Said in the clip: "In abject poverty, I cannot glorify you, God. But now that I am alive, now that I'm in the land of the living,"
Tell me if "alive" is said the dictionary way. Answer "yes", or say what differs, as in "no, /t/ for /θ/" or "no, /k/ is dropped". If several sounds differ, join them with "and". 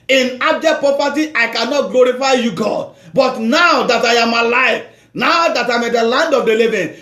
no, /f/ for /v/